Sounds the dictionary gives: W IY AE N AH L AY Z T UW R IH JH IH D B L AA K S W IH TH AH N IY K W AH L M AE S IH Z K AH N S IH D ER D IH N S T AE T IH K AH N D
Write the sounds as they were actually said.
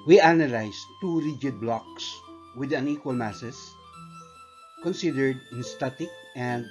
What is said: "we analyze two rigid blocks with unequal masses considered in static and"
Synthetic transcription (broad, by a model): W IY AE N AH L AY S T UW R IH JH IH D B L AA K S W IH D AH N IY K W AH L M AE S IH S K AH N S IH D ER D IH N S T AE T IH K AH N D